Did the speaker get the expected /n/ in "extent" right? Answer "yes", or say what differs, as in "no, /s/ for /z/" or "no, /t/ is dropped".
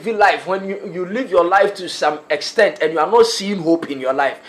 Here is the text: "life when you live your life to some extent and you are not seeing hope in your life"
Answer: yes